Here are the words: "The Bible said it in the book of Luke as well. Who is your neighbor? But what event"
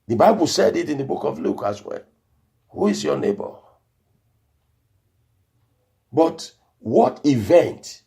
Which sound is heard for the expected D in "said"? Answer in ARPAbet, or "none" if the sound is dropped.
D